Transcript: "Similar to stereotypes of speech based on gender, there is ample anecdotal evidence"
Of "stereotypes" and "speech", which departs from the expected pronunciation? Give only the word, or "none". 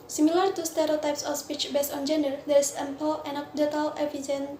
none